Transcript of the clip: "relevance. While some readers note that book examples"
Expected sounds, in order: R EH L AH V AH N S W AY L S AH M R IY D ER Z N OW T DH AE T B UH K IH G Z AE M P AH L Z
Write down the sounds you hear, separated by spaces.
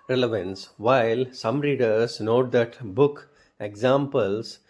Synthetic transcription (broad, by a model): R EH L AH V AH N S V AY L S AH M R IY D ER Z N OW T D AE T B UH K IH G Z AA M P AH L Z